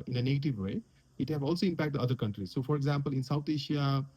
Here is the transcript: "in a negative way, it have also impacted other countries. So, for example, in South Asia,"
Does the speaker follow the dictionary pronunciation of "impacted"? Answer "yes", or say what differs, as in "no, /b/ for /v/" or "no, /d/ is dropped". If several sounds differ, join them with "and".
no, /d/ is dropped